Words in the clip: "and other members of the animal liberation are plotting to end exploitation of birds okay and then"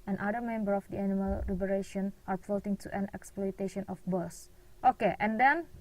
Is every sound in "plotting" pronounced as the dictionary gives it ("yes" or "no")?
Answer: no